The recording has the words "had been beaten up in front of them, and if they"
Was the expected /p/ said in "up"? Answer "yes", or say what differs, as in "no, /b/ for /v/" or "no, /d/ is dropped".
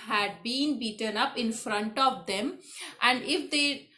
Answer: yes